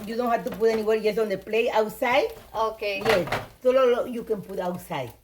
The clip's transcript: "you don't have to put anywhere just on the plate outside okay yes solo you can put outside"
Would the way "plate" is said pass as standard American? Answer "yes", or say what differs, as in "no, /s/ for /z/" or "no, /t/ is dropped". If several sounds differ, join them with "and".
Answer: no, /t/ is dropped